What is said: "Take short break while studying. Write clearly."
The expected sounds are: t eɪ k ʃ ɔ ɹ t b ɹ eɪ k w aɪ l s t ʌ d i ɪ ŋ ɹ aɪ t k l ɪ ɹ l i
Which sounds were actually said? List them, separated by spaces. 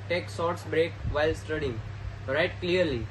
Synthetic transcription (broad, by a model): t eɪ k s ɔ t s b ɹ eɪ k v aɪ l s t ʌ d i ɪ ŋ ɹ aɪ t k l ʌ ɹ l i